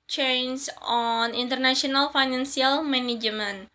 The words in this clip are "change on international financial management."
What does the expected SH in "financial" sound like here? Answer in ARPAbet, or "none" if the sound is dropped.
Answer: S